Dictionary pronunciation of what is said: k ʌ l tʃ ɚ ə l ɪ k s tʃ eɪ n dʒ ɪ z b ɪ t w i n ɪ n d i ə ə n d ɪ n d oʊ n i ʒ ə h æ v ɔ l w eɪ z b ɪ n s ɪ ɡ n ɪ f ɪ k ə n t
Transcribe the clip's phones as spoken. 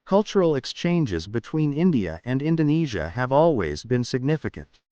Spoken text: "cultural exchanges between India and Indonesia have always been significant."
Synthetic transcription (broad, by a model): k ʌ l tʃ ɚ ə l ɪ k s tʃ eɪ n dʒ ɪ z b ɪ t w i n ɪ n d i ə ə n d ɪ n d oʊ n i ʒ ə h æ v ɔ l w eɪ z b ɪ n s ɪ ɡ n ɪ f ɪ k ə n t